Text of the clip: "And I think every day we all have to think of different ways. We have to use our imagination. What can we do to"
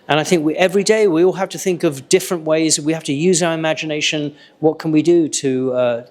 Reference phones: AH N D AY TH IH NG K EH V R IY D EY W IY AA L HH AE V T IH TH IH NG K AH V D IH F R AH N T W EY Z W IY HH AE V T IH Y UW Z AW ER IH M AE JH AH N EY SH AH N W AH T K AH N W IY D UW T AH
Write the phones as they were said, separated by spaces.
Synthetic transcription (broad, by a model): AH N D AY TH IH NG K EH V R IY D EY W IY AA L HH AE F T IH TH IH NG K AH V D IH F R AH N T W EY Z W IY HH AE F T IH Y UW Z AW ER IH M AE JH AH N EY SH AH N W AH T K AH N W IY D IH T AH